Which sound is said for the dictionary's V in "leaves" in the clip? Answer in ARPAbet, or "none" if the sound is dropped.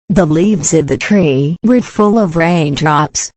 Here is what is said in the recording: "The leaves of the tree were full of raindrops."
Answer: V